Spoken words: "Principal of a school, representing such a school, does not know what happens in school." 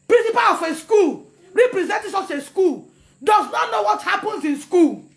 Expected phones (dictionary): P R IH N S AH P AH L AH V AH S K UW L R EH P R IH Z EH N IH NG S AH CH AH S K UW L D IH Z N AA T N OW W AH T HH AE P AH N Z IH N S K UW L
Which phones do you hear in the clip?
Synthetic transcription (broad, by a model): P R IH N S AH P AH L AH F AH S K UW L R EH P R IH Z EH N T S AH S AH S K UW L D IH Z N AA T N OW W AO T HH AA P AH N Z IH N S K UW L